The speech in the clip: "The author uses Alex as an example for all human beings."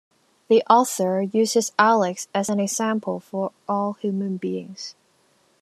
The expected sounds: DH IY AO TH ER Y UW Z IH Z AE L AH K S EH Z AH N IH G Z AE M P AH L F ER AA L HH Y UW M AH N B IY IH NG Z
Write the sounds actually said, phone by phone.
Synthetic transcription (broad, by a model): DH IY AO TH ER Y UW Z IH Z AE L AH K S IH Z AH N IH G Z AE M P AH L F ER AA L HH Y UW M AH N B IY IH NG Z